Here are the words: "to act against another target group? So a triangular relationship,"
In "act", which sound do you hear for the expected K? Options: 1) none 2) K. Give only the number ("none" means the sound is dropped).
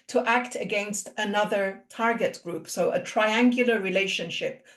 2